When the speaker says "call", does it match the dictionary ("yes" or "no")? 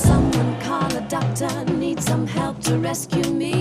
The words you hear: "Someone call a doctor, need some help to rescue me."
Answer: no